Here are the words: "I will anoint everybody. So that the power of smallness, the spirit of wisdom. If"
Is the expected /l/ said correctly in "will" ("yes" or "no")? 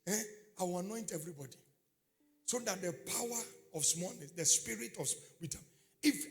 no